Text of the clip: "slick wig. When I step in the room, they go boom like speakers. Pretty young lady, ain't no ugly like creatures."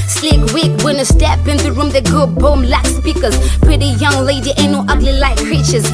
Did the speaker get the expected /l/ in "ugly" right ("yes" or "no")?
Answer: yes